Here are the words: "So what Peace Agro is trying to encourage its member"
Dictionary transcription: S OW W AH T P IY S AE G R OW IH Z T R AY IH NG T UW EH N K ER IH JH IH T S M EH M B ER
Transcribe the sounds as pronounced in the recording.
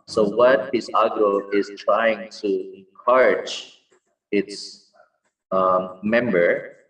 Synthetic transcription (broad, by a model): S OW W AH T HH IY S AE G OW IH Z T R AY IH NG T UW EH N K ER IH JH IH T S M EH M B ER